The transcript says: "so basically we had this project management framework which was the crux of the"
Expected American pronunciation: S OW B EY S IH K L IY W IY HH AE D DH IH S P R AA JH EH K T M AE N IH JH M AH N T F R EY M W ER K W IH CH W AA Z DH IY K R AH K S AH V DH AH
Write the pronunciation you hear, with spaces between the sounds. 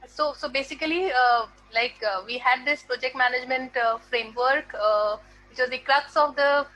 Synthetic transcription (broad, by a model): S OW B EY S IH K L IY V IY HH AE D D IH S P R AA JH EH K T M AE N IH JH M AH N T F R EY M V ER K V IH CH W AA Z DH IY K R AH K S AH V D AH